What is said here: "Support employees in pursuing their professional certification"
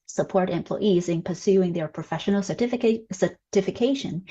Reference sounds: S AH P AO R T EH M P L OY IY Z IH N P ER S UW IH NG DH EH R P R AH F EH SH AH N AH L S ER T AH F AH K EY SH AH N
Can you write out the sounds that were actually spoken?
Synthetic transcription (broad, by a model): S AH P AO R T EH M P L OY IY Z IH N P ER S UW IH NG DH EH R P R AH F EH SH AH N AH S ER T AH F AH K EY SH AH N